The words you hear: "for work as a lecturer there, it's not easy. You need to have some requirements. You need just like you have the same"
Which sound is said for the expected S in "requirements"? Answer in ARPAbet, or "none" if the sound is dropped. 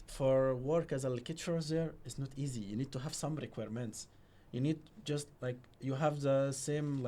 S